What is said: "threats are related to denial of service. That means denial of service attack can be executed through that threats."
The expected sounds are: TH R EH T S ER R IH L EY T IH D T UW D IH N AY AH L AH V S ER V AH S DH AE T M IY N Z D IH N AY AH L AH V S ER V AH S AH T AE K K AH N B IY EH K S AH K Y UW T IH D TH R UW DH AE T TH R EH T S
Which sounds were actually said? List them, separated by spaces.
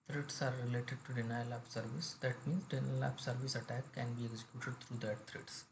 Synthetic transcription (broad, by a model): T R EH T S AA R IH L EY T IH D T UW D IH N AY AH L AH P S ER V AH S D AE T M IY N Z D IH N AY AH L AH P S ER V AH S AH T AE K K AH N B IY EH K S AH K Y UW T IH D T R UW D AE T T R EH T S